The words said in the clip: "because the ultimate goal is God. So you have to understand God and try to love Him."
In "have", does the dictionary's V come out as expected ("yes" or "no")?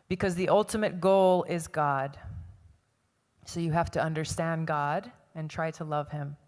no